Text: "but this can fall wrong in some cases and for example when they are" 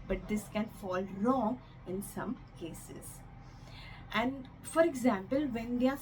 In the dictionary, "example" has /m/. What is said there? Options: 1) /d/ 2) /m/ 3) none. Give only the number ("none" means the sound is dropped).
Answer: 2